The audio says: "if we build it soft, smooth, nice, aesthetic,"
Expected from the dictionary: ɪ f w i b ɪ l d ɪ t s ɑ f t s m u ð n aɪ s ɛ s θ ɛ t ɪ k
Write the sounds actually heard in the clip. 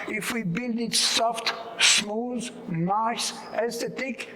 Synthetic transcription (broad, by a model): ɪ f w i b ɪ l d ɪ t s ɑ f t s m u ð n aɪ s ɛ s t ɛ t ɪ k